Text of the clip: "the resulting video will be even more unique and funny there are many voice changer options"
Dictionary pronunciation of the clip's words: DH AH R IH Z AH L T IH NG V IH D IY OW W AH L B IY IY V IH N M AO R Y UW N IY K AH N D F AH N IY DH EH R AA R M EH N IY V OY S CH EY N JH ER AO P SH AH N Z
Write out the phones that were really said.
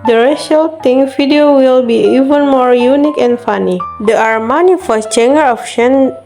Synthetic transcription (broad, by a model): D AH R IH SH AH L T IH NG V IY D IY OW W AH L B IY IY V IH N M AO R Y UW N IY K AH N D F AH N IY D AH AA R M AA N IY F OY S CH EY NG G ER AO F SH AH N